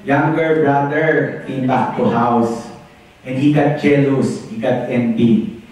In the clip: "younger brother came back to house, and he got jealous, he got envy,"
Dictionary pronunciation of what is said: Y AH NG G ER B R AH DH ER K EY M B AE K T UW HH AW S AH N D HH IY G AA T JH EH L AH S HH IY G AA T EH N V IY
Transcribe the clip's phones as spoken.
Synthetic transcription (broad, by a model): Y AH NG G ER B R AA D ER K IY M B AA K T UW HH AW S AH N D HH IY G AA T CH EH L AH S HH IY G AA T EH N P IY